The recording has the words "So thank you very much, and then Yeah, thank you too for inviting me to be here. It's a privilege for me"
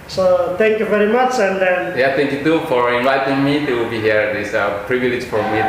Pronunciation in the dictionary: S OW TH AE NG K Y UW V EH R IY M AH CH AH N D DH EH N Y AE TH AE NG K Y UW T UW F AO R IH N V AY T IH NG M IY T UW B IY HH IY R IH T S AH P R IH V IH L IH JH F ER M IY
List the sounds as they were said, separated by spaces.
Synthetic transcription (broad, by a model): S OW T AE NG K Y UW V EH R IY M AH CH AH N D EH N Y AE T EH NG K Y UW T UW F AO R IH N V AY T IH NG M IY T UW B IY HH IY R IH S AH P R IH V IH L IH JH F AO M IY